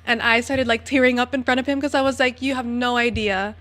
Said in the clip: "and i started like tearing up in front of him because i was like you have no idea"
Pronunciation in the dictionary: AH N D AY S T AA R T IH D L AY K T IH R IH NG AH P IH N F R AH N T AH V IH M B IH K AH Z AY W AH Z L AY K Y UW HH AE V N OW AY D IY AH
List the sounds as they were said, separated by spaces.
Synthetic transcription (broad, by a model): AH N AY S T AA R T IH D L AY K T IH R IH NG AH P IH N F R AH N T AH V IH M K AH Z AY W AH Z L AY K Y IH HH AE V N OW AY D IY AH